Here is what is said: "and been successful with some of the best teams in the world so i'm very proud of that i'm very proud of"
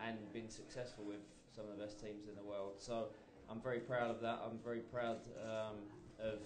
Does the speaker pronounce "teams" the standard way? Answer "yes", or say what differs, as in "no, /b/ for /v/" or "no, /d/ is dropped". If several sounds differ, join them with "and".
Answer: yes